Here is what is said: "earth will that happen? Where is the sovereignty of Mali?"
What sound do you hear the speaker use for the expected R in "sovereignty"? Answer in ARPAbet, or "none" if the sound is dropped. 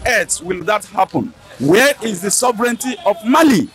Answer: R